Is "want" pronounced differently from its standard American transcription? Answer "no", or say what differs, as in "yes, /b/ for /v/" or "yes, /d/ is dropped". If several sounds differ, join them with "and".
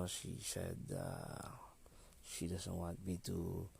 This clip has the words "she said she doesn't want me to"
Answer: yes, /n/ is dropped